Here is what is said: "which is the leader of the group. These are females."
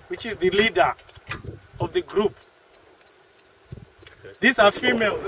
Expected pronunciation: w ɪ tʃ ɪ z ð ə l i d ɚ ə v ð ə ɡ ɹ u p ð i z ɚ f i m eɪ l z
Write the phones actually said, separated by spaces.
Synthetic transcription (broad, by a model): w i tʃ ɪ z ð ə l i d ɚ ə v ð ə ɡ ɹ u p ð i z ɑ f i m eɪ l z